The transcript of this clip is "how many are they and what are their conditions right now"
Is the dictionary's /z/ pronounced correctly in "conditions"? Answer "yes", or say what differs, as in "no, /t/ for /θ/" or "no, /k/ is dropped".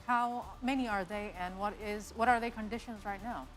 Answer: yes